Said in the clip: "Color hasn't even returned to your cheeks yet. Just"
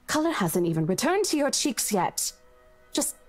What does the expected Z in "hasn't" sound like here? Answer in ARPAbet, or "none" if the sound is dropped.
Z